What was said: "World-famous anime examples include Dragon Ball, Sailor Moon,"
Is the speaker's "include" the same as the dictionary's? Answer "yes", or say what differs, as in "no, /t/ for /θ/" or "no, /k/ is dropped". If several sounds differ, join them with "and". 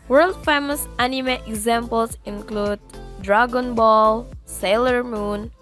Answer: yes